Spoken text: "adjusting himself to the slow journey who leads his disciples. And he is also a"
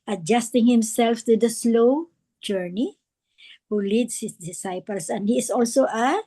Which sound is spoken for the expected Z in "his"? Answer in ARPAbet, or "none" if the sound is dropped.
S